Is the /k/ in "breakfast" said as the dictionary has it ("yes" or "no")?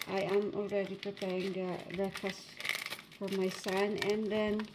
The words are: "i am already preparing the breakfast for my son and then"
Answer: no